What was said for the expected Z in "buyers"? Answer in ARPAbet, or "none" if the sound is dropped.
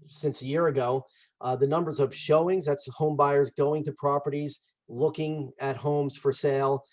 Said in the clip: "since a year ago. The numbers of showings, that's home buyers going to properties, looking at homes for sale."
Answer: Z